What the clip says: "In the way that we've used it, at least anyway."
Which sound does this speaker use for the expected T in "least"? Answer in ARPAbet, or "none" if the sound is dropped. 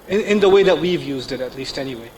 T